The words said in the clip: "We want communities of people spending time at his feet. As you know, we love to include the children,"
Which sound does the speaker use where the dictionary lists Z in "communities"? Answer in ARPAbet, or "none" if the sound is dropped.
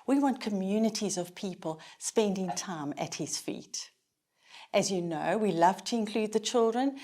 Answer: Z